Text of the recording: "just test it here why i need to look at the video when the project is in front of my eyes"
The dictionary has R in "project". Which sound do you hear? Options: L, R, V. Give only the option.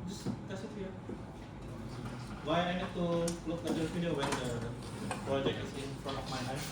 L